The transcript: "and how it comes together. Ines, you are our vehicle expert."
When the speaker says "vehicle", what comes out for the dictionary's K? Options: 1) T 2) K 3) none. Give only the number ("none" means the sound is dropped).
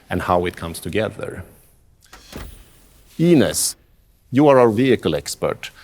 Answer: 2